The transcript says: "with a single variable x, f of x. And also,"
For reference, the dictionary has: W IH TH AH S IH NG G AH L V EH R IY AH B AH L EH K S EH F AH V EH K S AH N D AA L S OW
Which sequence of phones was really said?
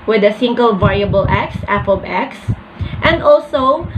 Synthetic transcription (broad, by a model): W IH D AH S IH NG G AH L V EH R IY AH B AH L EH K S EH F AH B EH K S AH N D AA L S OW